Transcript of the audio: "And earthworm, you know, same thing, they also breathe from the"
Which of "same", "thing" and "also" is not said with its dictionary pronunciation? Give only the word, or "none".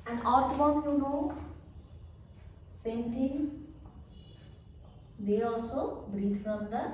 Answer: thing